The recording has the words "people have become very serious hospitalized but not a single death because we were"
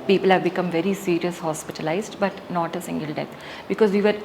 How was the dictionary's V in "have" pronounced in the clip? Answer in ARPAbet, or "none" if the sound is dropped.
V